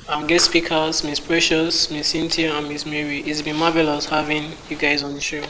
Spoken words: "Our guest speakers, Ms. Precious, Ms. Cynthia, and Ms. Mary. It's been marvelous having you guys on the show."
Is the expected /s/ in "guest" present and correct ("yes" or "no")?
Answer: no